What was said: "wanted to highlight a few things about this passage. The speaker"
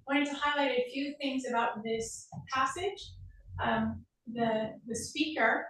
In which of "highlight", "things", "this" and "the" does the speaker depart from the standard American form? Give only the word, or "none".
none